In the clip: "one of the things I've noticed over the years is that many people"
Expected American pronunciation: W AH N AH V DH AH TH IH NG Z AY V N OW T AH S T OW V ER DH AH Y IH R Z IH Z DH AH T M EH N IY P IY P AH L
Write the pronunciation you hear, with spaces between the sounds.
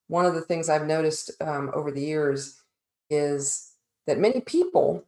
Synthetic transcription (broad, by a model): W AH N AH V DH AH TH IH NG Z AY V N OW T AH S T OW V ER DH AH Y IH R Z IH Z DH AH T M EH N IY P IY P L